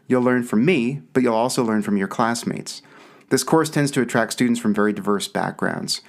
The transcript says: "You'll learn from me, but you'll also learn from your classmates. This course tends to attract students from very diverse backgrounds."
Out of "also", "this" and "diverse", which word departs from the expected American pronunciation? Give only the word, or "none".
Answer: none